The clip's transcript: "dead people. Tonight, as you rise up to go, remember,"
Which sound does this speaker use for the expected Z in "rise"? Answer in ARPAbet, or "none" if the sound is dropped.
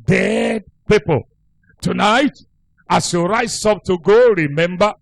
none